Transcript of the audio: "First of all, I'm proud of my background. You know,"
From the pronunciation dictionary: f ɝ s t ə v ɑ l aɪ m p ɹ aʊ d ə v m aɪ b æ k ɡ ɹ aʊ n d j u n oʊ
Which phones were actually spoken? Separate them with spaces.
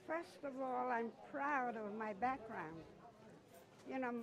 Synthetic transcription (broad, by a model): f ɝ s t ə v ɑ l aɪ m p ɹ aʊ d ə v m aɪ b æ k ɡ ɹ aʊ n d j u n oʊ